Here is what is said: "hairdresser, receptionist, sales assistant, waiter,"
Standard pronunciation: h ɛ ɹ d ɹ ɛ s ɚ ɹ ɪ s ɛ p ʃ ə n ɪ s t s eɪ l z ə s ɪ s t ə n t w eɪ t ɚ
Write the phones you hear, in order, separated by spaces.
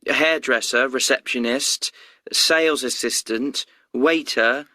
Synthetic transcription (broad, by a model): h ɛ d ɹ ɛ s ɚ ɹ ɪ s ɛ p ʃ ə n ɪ s t s eɪ l z ə s ɪ s t ə n t w eɪ t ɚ